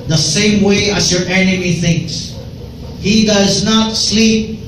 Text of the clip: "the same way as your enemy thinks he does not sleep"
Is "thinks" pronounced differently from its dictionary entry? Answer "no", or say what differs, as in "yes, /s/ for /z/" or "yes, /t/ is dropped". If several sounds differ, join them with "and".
no